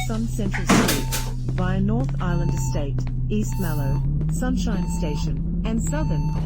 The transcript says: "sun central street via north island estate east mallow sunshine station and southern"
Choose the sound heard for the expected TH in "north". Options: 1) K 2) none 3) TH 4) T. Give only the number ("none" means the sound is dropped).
3